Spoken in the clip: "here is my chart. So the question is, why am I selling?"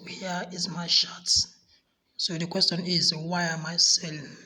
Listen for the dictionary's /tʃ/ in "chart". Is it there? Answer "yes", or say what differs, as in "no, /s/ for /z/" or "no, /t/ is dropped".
no, /ʃ/ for /tʃ/